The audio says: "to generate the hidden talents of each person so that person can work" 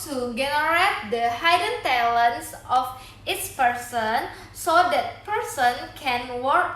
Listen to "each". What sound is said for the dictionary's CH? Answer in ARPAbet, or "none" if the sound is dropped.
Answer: S